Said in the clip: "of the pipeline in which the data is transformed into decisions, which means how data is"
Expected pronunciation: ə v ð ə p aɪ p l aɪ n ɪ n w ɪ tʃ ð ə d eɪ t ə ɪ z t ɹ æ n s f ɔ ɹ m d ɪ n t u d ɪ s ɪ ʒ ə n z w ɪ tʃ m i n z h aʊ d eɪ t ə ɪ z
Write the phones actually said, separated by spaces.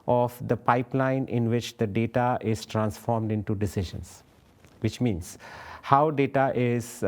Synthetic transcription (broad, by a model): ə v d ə p aɪ p l aɪ n ɪ n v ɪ tʃ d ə d eɪ t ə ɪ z t ɹ æ n s f ɔ ɹ m d ɪ n t u d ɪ s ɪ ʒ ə n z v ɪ tʃ m i n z h aʊ d eɪ t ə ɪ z